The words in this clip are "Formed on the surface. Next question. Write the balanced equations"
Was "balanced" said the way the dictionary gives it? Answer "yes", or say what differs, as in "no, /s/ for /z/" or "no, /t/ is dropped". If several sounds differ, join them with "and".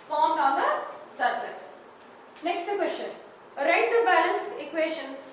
yes